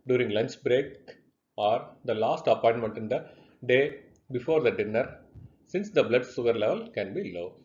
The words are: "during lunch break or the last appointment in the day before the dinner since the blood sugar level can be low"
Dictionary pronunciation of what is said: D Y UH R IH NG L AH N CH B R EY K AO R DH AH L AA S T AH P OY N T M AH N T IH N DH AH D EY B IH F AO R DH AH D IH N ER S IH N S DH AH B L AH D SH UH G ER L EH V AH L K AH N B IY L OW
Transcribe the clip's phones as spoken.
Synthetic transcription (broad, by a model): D Y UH R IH NG L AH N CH B R EY K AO R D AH L AA S T AH P OY N T M AH N T IH N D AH D EY B IH F AO R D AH D IH N ER S IH N S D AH B L AH D S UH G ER L EH V AH L K AH N B IY L OW